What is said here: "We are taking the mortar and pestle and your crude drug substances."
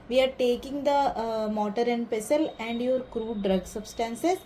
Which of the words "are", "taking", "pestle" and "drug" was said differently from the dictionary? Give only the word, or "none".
none